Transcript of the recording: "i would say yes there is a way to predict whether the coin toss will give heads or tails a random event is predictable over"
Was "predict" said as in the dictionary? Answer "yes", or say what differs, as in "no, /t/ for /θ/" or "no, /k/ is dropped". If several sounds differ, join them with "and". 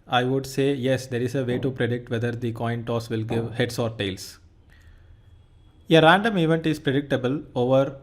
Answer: yes